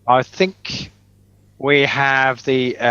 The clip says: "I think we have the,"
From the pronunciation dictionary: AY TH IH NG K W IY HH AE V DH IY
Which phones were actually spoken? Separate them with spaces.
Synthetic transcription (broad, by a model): AY TH IH NG K W IY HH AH V DH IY